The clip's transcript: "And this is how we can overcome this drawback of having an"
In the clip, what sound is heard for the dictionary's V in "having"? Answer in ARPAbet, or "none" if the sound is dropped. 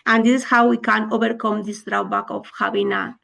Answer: B